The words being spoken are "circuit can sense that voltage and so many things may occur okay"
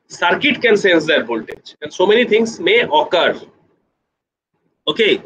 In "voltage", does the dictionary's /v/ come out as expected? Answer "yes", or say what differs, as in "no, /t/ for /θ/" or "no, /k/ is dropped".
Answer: no, /b/ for /v/